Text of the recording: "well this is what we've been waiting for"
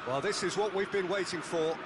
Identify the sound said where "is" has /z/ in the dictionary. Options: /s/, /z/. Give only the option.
/z/